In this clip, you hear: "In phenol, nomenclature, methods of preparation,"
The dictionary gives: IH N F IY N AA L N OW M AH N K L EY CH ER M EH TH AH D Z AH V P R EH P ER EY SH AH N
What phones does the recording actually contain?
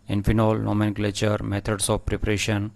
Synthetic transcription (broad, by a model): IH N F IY N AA L N OW M AH N K L EY CH ER M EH T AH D S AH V P R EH P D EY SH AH N